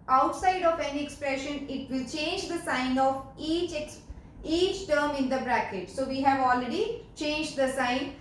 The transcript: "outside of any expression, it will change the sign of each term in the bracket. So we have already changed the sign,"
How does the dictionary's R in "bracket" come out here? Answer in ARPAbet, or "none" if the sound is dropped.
R